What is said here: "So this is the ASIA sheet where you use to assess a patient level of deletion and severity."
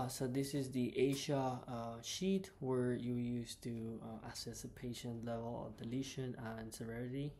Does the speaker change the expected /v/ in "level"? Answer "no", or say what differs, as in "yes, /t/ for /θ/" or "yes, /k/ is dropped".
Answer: no